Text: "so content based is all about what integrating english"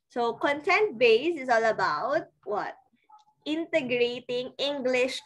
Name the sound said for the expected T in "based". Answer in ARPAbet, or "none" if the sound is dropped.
none